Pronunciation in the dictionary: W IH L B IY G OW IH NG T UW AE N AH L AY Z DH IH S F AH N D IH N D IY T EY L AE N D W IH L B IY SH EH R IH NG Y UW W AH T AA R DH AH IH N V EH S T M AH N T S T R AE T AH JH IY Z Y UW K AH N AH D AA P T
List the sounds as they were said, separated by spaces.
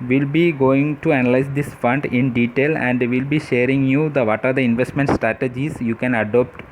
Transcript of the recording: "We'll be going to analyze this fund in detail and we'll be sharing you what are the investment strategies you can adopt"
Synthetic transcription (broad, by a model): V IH L B IY G OW IH NG T UW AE N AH L AY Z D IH S F AH N D IH N D IY T EY L AE N D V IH L B IY SH EH R IH NG Y UW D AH T AA R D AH IH N V EH S T M AH N T S T R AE T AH JH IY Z Y UW K AH N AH D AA P T